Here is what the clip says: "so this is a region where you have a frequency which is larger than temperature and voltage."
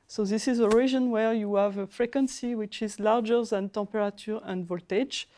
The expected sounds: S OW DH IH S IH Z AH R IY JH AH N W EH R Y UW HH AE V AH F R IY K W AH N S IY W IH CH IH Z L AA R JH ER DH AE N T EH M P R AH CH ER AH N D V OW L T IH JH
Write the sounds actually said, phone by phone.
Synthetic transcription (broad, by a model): S OW DH IH S IH Z AH R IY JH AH N W EH R Y UW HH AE V AH F R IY K W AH N S IY W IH CH IH Z L AA R JH ER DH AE N T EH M P R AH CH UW AH N D V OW L T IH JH